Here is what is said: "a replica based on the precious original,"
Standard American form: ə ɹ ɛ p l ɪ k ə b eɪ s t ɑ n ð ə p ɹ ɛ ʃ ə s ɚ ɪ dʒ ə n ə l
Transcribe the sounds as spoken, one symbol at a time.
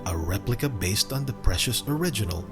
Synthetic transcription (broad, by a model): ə ɹ ɛ p l ɪ k ə b eɪ s t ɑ n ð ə p ɹ ɛ ʃ ə s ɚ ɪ dʒ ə n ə l